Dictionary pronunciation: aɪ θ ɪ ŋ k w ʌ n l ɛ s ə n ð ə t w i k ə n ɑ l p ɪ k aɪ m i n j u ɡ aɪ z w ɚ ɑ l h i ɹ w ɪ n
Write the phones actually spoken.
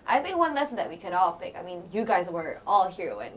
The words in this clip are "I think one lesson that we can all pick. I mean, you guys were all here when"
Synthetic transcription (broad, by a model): aɪ θ ɪ ŋ k w ʌ n l ɛ s ə n ð ə t w i k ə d ɑ l p ɪ k aɪ m i n j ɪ ɡ aɪ z w ɚ ɑ l h i ɹ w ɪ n